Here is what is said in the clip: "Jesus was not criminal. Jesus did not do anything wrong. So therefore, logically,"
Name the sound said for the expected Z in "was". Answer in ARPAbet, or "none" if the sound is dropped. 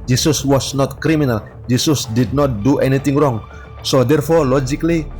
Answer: S